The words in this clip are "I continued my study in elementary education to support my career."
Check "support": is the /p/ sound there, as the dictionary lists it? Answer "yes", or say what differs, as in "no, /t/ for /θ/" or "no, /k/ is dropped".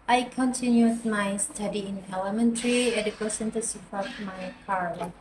no, /f/ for /p/